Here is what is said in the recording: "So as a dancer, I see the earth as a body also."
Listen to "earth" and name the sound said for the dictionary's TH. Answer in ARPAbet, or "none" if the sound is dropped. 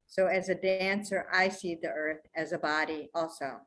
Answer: TH